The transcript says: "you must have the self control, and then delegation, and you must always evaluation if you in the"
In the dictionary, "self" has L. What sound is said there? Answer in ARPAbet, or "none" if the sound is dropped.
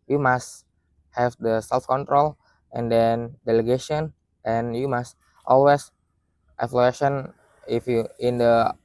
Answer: L